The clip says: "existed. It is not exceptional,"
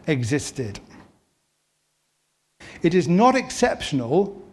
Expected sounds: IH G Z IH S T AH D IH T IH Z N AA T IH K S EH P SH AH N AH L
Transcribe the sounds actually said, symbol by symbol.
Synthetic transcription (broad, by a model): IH G Z IH S T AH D IH T IH Z N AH T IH K S EH P SH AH N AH L